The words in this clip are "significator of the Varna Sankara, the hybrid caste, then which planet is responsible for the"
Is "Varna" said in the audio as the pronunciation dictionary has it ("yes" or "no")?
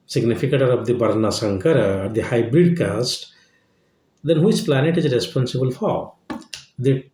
no